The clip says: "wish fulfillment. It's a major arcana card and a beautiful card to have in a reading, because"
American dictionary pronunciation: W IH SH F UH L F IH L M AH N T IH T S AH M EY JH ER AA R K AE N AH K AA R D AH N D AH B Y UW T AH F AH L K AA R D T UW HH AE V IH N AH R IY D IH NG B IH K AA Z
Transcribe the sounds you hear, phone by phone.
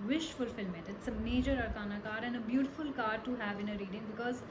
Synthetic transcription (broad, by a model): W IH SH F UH L F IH L M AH T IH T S AH M EY JH ER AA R K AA N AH K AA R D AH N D AH B Y UW T AH F AH L K AA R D T UW HH AE V IH N AH R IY D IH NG B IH K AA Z